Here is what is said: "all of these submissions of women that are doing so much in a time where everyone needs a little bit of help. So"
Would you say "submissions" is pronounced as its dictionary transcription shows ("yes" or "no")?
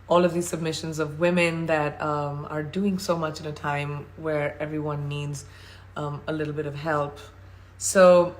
yes